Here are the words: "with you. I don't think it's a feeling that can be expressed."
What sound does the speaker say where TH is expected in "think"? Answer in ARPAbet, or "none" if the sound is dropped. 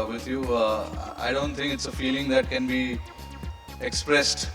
T